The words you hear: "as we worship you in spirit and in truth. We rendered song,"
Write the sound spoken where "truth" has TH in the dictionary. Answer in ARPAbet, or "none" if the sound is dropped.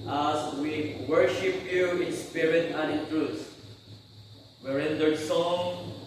T